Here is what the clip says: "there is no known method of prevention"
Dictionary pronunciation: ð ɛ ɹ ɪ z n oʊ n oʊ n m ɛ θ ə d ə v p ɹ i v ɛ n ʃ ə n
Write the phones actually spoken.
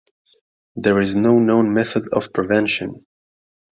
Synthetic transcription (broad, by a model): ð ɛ ɹ ɪ z n oʊ n oʊ n m ɛ θ ə d ə v p ɹ i v ɛ n ʃ ə n